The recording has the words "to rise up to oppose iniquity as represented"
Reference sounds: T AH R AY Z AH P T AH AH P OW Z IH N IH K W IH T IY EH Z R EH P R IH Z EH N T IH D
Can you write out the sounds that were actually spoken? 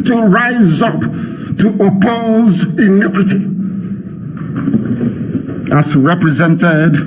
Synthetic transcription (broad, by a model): T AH R AY Z AH P T AH AH P OW Z IH N IH K W IH T IY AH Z R EH P R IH Z EH N T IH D